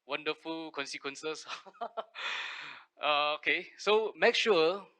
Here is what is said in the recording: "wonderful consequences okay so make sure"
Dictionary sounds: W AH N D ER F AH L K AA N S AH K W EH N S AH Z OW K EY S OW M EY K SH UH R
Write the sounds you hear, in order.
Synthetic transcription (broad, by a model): W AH N D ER F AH L K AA N S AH K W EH N S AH S OW K EY S OW M EY K SH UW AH